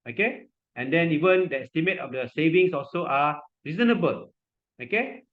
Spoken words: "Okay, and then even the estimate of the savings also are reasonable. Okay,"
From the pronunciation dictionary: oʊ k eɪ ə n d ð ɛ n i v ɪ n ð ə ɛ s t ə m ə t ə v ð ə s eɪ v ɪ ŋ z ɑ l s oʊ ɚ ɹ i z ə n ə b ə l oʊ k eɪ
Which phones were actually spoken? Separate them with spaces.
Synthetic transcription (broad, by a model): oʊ k eɪ ə n d ɛ n i v ɪ n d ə ɛ s t ə m ə t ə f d ə s eɪ v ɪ ŋ s ɑ l s oʊ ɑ ɹ i z ə n ə b ə l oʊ k eɪ